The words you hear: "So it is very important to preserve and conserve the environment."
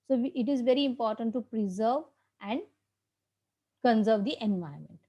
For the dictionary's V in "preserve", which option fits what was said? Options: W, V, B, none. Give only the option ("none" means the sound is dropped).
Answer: V